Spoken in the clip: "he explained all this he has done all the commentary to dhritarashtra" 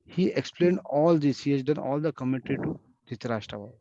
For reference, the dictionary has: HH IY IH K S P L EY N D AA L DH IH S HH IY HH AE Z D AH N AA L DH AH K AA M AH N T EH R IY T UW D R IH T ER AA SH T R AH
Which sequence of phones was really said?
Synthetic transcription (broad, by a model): HH IY IH K S P L EY N D AA L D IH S HH IY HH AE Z D AH N AA L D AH K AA M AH T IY T UW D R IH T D AA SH T R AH